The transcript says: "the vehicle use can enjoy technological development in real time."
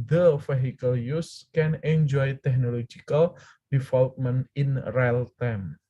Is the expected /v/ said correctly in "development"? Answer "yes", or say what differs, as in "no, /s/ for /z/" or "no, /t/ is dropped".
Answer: no, /f/ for /v/